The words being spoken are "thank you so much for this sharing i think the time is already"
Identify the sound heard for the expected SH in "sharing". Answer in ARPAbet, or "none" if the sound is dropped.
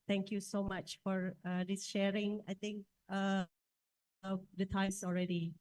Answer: SH